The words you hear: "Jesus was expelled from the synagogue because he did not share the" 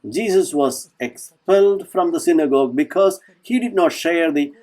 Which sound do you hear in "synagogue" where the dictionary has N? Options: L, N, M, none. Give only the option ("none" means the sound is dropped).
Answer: N